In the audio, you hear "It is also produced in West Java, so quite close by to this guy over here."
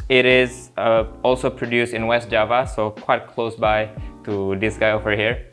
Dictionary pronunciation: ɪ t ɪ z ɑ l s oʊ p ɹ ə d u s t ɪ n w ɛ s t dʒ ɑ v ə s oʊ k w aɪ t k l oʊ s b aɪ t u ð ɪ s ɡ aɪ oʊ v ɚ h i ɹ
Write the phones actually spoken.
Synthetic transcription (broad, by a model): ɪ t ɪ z ɑ l s oʊ p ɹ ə d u s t ɪ n w ɛ s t dʒ ɑ v ə s oʊ k w aɪ t k l oʊ s b aɪ t u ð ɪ s ɡ aɪ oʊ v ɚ h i ɹ